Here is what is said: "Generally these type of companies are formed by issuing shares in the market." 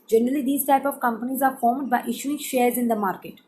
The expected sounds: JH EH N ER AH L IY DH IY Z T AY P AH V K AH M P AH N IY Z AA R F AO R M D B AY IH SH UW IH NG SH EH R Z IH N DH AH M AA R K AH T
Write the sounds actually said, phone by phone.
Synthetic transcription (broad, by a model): JH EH N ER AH L IY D IY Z T AY P AH V K AH M P AH N IY Z AA R F AO R M D B AY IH SH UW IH NG SH EH R Z IH N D AH M AA R K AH T